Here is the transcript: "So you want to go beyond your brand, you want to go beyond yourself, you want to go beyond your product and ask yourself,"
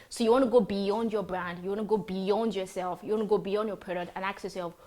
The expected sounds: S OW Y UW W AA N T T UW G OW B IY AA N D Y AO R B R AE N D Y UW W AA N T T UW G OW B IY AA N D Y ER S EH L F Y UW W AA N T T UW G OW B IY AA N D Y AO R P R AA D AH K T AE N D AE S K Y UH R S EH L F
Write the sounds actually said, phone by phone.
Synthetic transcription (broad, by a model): S OW Y UW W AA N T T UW G OW B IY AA N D Y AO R B R AE N D Y UW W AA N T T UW G OW B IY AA N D Y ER S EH L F Y UW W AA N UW G OW B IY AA N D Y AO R P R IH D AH T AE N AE K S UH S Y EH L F